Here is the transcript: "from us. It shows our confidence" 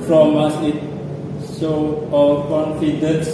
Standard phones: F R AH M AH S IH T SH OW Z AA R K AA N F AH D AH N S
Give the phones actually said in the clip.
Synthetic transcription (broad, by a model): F R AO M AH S IH T S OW AA L K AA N F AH D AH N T